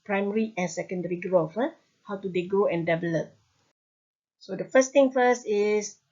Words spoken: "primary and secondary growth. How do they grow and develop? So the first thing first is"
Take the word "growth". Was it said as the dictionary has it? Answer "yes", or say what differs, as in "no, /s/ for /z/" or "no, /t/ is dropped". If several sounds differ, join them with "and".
no, /f/ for /θ/